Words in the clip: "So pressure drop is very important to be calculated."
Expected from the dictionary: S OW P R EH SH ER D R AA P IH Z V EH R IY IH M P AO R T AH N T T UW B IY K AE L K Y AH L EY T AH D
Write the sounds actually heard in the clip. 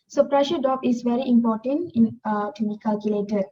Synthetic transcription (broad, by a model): S OW P R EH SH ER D AA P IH S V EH R IY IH M P AO T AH N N T UW B IY K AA L K Y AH L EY T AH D